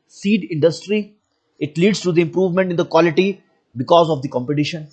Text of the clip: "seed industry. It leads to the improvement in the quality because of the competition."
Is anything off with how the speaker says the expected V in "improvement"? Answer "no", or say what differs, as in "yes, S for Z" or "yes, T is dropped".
no